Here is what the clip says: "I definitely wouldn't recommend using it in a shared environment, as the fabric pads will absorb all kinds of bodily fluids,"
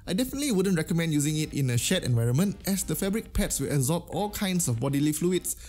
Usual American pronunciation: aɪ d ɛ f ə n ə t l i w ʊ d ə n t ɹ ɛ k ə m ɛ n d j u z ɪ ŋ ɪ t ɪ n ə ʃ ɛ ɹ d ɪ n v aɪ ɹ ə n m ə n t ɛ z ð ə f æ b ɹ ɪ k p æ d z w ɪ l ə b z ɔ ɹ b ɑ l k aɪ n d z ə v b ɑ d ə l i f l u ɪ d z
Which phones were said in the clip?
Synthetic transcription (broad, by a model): aɪ d ɛ f ə n ə t l i w ʊ d ə n t ɹ ɛ k ə m ɛ n d j u z ɪ ŋ ɪ t ɪ n ə ʃ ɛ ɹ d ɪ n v aɪ ɹ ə n m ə n t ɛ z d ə f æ b ɹ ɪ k p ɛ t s w ɪ l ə z ɔ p ɑ l k aɪ n d s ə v b ɑ d ə l i f l u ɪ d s